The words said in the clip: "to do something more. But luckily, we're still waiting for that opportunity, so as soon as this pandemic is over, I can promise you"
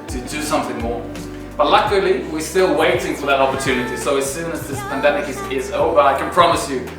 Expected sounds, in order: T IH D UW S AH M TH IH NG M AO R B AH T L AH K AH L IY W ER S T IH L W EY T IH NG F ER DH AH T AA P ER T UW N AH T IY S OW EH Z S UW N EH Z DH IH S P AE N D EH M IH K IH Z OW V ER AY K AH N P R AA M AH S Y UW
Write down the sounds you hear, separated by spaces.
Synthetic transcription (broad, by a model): T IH D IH S AH M TH IH NG M AO R B AH T L AH K AH L IY W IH S T IH L W EY T IH NG F ER DH AH T AA P ER T UW N AH T IY S OW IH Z S UW N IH Z DH IH S P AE N D EH M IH K IH Z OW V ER AY K AH N P R AA M AH S Y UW